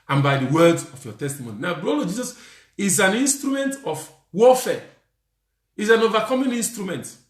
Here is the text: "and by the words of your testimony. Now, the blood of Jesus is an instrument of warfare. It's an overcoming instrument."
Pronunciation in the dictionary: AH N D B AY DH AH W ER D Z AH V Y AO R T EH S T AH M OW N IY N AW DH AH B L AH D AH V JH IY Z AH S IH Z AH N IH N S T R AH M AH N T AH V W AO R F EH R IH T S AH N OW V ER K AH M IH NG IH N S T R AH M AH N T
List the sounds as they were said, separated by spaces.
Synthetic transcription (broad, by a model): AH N B AY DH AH W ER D AH F Y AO T EH S T AH M OW N IY N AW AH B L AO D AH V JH IY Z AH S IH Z AH N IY N S T R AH M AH N T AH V W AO F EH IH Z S AH N OW V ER K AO M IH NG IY N S T R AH M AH N T